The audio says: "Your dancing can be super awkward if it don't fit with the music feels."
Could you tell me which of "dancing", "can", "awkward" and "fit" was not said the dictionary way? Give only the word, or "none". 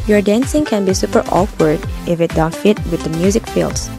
none